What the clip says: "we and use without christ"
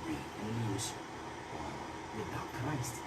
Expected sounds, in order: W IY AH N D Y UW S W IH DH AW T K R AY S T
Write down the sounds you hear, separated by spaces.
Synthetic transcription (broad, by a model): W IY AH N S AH W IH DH AW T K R AY S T